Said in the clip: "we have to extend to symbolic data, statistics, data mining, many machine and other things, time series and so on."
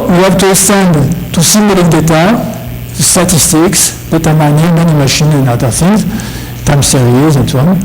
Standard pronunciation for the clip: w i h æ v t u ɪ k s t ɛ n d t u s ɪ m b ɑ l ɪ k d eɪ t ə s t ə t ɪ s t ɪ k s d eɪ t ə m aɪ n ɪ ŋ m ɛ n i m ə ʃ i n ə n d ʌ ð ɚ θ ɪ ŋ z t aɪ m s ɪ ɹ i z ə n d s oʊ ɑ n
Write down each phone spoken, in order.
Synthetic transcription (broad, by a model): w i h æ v t u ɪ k s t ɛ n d t u s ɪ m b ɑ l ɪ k d eɪ t ə s t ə t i s t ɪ k s d eɪ t ə m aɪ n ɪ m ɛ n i m ə ʃ i n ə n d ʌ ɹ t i z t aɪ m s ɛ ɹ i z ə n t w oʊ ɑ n